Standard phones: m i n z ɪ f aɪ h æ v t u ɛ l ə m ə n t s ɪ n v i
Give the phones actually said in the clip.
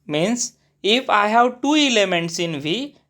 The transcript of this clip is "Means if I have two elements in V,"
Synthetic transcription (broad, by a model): m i n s ɪ f aɪ h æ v t u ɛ l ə m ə n t s ɪ n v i